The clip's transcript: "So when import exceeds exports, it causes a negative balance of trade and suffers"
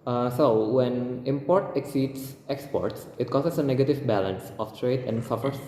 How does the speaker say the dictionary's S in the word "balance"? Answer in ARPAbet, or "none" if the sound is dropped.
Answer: S